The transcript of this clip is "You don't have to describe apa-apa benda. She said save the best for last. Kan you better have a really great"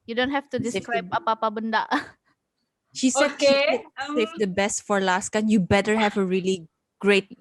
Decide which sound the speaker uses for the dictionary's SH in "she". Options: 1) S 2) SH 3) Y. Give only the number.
2